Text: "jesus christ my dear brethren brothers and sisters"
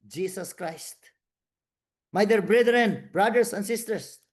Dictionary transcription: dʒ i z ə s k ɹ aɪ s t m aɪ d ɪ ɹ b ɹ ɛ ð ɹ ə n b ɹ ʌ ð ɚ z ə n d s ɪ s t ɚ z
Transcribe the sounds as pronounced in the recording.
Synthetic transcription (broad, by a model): dʒ i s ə s k ɹ aɪ s t m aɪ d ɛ ɹ b ɹ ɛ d ɹ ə n b ɹ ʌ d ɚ s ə n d s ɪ s t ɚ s